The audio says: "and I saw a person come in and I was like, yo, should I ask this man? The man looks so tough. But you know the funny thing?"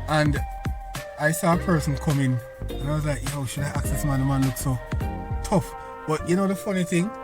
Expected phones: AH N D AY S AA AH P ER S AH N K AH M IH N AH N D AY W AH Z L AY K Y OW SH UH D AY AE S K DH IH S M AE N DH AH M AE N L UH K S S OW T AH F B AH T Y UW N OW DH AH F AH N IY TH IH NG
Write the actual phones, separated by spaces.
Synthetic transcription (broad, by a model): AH N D AY S AA AH P ER S AH N K AH M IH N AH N AY W AH Z L AY K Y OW SH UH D AY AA K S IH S M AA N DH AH M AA N L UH K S S OW T AH F B AH T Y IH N OW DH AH F AH N IY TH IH NG